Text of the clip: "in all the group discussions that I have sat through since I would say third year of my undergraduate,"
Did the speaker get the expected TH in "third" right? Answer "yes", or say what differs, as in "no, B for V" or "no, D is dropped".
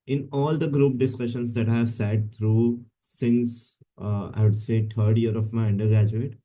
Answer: no, T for TH